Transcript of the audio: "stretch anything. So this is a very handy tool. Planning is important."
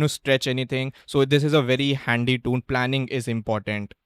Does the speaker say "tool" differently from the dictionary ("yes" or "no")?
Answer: yes